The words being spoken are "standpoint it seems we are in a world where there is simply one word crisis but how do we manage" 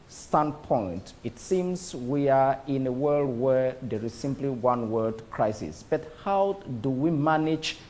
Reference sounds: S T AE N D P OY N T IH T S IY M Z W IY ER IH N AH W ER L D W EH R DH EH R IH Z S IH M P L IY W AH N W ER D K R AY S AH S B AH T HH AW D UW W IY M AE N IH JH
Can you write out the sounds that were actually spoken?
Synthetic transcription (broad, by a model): S T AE N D P OY N T IH T S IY M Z W IY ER IH N AH W ER L D W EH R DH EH R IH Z S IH M P L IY W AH N W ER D K R AY S AH S B AH T HH AW D UW W IY M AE N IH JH